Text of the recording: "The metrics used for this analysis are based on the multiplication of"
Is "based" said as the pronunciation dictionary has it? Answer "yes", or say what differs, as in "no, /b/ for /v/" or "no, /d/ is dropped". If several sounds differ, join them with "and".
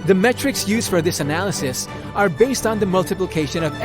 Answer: yes